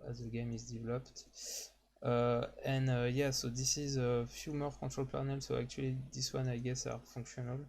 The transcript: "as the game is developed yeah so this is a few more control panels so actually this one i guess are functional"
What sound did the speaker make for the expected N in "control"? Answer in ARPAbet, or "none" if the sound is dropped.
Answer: none